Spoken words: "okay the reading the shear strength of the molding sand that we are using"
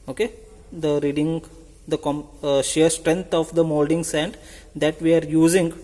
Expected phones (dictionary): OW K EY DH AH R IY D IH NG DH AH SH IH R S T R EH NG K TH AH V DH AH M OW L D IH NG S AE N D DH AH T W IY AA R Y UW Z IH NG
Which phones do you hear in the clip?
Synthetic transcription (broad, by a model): OW K EY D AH R IY D IH NG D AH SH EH R S T R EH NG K T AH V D AH M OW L D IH NG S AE N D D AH T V IY AA R Y UW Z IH NG